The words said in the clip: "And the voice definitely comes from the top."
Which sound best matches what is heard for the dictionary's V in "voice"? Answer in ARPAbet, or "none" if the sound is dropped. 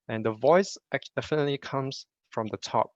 V